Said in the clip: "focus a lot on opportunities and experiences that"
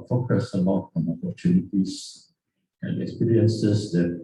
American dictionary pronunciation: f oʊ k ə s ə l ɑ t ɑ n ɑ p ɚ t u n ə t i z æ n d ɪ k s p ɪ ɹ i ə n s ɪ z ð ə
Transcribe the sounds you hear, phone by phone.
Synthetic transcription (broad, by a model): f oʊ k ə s ə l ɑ ɑ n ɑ p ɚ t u n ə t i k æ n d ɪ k s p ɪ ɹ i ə n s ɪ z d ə